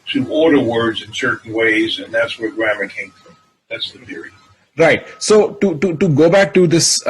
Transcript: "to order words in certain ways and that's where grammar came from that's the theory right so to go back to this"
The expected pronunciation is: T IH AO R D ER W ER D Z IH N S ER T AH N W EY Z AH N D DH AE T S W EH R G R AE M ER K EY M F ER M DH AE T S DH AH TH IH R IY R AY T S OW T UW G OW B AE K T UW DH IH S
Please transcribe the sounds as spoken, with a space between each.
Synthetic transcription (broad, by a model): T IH AO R D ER W ER D Z IH N S ER T N W EY Z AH N DH AE T S W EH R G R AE M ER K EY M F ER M DH AE T S DH AH TH IH R IY R AY T S OW T UW G OW B AE K T UW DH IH S